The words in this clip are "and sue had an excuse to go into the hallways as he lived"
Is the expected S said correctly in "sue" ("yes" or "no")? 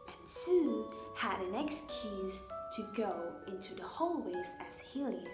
yes